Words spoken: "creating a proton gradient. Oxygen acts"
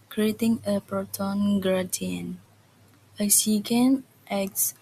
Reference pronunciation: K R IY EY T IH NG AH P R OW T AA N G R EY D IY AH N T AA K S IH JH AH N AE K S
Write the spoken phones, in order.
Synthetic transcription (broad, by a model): K R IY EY T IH NG AH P R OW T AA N G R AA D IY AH N AH S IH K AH N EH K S